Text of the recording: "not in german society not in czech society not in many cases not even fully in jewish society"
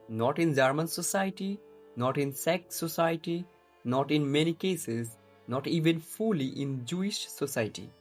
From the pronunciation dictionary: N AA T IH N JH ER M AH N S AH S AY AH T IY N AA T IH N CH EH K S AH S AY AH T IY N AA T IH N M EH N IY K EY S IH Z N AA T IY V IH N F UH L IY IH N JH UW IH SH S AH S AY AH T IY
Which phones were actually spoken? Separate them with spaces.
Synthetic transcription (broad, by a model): N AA T IH N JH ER M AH N S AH S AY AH T IY N AA T IH N S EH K S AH S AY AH T IY N AA T IH N M EH N IY K EY S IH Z N AA T IY V IH N F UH L IY IH N JH UW IH SH S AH S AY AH T IY